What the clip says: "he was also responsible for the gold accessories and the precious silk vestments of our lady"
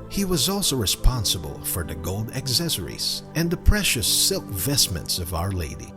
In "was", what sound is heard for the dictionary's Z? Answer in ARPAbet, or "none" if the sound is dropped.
Z